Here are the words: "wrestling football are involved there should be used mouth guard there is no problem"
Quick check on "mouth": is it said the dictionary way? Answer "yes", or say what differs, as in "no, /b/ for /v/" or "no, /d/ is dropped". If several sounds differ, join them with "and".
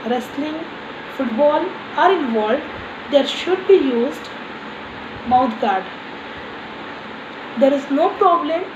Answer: no, /t/ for /θ/